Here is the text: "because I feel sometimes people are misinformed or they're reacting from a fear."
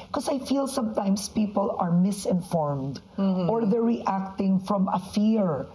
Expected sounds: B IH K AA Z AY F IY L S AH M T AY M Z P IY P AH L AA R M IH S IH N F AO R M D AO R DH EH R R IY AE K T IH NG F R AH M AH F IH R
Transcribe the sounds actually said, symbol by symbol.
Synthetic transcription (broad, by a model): K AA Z AY F IY L S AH M T AY M S P IY P AH L AA R M IH S IH N F AO R M D AO R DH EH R R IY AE K T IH NG F R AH M AH F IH R